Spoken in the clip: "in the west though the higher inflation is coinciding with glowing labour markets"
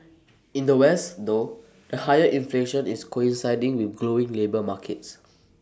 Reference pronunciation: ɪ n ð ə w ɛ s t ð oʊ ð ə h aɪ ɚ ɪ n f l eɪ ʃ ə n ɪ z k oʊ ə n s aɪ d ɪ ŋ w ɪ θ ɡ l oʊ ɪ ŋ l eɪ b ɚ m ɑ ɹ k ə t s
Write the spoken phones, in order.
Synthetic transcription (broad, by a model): ɪ n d ə w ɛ s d oʊ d ə h aɪ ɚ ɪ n f l eɪ ʃ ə n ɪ s k oʊ ə n s aɪ d ɪ ŋ w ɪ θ ɡ l oʊ ɪ ŋ l eɪ b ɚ m ɑ k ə t s